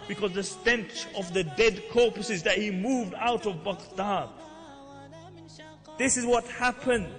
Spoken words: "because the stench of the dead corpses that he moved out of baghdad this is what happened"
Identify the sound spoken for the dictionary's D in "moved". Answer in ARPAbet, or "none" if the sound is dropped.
D